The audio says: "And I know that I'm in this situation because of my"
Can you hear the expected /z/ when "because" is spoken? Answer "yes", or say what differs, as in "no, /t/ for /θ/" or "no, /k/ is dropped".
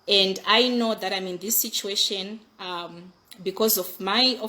yes